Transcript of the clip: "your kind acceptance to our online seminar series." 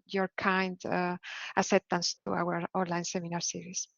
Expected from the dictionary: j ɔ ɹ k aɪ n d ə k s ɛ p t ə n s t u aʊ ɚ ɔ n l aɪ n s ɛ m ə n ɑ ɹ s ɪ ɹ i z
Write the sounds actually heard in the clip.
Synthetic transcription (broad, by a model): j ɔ ɹ k aɪ n d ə s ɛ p t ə n s t u aʊ ɚ ɔ n l aɪ n s ɛ m ə n ɑ ɹ s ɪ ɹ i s